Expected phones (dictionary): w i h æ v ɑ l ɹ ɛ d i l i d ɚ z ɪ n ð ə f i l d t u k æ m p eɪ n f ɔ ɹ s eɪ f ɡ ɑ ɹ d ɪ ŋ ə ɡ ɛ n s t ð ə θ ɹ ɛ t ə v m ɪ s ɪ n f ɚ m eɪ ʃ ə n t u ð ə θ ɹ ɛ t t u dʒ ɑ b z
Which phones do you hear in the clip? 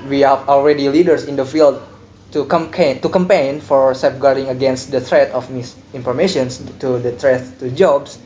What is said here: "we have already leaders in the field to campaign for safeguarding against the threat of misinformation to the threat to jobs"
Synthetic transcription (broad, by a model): w i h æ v ɑ l ɹ ɛ d i l i d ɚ s ɪ n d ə f i l d t u k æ m p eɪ n f ɔ ɹ s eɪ p ɡ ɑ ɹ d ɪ ŋ ə ɡ ɛ n s t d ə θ ɹ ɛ t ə f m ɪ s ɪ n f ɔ m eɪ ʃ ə n t u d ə t ɹ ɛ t t u dʒ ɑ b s